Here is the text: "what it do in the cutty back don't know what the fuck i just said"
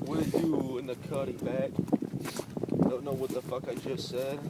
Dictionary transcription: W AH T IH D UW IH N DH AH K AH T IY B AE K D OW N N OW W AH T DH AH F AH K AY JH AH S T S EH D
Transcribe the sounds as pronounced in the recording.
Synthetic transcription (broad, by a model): W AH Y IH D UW IH N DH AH K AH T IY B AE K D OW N N OW W AH T DH AH F AH K AY JH AH S T S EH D